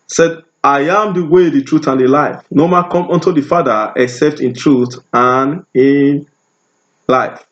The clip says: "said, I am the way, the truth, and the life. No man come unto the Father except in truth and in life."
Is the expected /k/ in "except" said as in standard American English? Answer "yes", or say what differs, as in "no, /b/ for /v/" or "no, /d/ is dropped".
yes